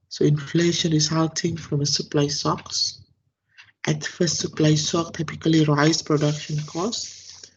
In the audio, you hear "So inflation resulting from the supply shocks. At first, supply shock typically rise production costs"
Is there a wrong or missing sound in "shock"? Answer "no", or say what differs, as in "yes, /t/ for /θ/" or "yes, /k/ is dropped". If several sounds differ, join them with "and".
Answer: yes, /s/ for /ʃ/